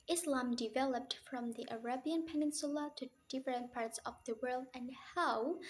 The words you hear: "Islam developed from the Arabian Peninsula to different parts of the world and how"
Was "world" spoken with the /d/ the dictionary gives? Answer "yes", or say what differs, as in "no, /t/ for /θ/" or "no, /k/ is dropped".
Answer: yes